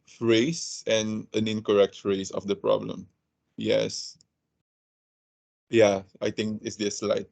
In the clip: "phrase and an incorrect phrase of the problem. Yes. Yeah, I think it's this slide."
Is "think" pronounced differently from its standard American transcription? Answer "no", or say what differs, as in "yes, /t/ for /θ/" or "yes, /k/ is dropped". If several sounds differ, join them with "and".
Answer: yes, /t/ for /θ/